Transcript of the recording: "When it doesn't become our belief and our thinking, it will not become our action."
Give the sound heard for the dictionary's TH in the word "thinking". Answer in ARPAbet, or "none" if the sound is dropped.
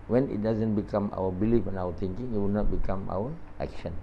T